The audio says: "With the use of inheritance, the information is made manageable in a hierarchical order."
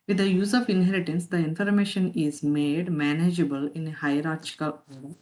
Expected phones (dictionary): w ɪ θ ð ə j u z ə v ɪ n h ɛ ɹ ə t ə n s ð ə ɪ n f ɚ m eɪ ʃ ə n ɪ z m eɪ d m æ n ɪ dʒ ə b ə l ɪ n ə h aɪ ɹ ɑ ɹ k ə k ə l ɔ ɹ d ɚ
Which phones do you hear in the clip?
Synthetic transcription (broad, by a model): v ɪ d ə j u z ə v ɪ n h ɛ ɹ ə t ə n s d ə ɪ n f ɚ m eɪ ʃ ə n ɪ z m eɪ d m æ n ɪ dʒ ə b ə l ɪ n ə h aɪ ɹ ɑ ɹ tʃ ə k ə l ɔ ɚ